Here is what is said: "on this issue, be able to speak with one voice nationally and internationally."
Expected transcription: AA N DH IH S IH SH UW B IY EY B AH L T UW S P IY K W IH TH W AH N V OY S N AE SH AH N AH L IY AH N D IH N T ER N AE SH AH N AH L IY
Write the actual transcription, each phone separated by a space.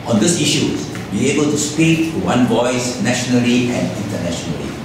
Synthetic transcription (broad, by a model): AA N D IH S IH SH UW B IY EY B AH L T UW S P IY K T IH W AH N V OY S N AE SH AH N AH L IY AH N D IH N T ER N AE SH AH N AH L IY